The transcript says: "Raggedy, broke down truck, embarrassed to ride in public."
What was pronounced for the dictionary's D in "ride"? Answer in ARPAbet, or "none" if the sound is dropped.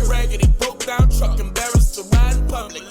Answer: none